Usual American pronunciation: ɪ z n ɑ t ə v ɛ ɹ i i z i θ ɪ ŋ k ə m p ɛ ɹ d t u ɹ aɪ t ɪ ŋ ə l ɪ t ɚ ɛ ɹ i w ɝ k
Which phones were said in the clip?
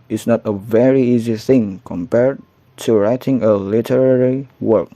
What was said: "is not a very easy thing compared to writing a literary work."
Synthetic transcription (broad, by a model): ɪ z n ɑ t ə v ɛ ɹ i i z i θ ɪ ŋ k ə m p ɛ ɹ d t u ɹ aɪ t ɪ ŋ ə l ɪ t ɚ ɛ ɹ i w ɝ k